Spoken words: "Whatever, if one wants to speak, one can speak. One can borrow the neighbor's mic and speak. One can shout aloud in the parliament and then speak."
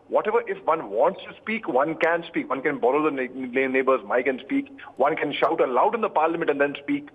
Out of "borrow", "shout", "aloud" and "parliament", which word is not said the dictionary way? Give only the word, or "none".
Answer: none